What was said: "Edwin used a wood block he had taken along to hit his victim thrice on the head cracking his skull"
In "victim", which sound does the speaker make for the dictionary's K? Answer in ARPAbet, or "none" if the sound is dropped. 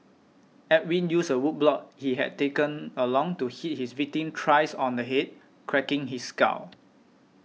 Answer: none